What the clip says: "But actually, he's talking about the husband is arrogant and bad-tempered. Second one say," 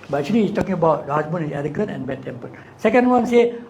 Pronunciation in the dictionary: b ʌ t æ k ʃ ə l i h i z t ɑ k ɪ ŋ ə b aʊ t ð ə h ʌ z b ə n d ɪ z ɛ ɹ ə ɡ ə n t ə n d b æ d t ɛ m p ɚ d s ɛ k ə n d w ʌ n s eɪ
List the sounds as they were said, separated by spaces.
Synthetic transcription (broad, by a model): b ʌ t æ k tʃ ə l i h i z t ɑ k ɪ ŋ ə b aʊ t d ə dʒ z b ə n ɪ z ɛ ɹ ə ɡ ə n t ə n d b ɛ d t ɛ m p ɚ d s ɛ k ə n d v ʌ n s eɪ